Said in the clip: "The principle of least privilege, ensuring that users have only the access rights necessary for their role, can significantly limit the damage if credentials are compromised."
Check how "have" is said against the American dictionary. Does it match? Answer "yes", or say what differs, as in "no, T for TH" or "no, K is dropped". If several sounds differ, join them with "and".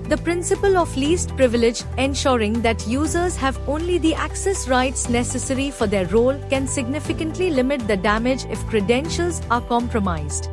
yes